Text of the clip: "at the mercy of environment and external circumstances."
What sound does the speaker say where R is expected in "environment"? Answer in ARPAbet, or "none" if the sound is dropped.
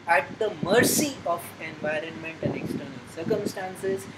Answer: R